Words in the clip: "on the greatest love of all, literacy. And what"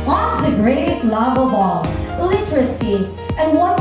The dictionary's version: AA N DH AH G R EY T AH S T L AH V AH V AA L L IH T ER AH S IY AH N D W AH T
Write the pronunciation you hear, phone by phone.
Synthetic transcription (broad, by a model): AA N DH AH G R EY T AH S T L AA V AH B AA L L IH T ER AH S IY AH N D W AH